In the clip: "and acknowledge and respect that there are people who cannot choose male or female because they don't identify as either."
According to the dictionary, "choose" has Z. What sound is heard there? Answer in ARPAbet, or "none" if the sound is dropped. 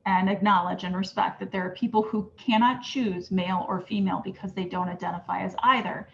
Z